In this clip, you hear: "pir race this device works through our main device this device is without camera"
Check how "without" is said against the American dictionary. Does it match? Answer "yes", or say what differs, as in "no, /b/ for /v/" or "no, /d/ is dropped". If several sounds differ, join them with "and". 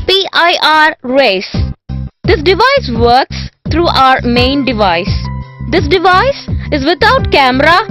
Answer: no, /t/ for /θ/